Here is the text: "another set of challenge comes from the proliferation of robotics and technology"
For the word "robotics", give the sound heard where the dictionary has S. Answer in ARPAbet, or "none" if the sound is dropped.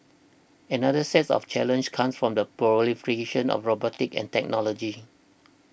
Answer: none